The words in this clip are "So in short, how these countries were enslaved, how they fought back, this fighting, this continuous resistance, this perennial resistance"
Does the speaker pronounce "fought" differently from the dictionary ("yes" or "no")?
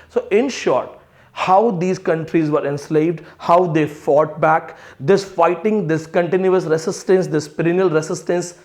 no